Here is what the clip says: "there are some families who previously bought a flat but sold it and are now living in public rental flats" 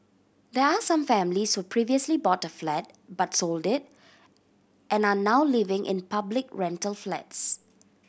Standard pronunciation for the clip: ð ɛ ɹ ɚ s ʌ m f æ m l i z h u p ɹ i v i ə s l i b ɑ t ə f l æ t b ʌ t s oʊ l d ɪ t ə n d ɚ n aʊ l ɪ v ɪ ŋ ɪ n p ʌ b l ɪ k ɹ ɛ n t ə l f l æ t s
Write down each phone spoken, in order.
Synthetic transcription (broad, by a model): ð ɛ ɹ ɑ s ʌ m f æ m l i s h u p ɹ i v i ə s l i b ɑ t ə f l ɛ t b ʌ t s oʊ l d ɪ t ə n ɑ n aʊ l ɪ v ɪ ŋ ɪ n p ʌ b l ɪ k ɹ ɛ n t ə l f l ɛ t s